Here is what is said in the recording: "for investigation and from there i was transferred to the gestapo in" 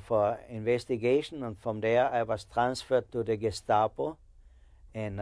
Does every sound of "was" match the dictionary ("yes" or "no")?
no